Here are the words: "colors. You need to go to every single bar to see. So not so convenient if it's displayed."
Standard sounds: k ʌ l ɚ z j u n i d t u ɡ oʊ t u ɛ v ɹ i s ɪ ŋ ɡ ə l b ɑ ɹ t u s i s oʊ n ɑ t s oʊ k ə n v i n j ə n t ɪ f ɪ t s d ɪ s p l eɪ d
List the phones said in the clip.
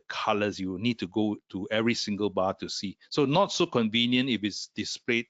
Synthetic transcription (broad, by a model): k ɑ l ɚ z j u n i d t u ɡ oʊ t u ɛ v ɹ i s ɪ ŋ ɡ ə l b ɑ t u s i s oʊ n ɑ t s oʊ k ə n v i n j ə n t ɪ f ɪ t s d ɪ s p l eɪ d